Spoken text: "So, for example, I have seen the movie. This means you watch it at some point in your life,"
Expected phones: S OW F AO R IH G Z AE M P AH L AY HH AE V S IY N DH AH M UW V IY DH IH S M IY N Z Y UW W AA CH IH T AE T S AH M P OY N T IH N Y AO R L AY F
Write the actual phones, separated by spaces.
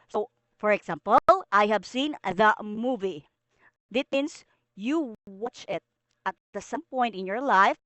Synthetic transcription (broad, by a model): S OW F AO R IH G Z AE M P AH L AY HH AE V S IY N DH AH M UW V IY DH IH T M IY N S Y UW W AA CH IH T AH T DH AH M P OY N T IH N Y AO R L AY F